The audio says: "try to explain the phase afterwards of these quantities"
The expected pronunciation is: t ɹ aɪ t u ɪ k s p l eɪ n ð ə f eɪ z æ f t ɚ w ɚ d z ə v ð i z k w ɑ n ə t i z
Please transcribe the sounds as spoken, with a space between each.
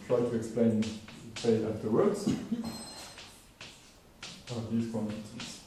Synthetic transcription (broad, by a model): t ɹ aɪ t u ɪ k s p l eɪ n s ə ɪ æ f t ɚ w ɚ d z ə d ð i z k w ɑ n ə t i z